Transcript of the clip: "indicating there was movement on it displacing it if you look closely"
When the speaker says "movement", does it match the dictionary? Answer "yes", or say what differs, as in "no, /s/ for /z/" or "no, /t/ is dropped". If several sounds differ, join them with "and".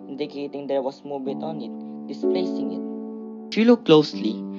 no, /n/ is dropped